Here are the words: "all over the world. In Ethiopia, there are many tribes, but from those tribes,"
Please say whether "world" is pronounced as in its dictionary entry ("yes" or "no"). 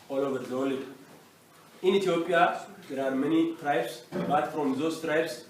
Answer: no